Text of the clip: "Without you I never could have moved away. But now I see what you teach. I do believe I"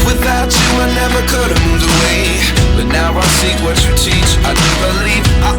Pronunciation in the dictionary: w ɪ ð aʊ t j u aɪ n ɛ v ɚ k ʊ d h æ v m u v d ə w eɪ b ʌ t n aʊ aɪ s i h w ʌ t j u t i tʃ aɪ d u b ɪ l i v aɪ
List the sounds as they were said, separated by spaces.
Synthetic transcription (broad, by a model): w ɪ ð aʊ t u aɪ n ɛ v ɚ k ʊ d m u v ə w eɪ b ʌ t n aʊ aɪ s i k w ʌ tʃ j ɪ t i tʃ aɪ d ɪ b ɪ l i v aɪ